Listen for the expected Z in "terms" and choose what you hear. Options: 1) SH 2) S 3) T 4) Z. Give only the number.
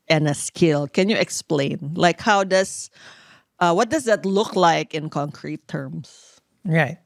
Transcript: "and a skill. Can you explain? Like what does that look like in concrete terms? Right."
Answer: 2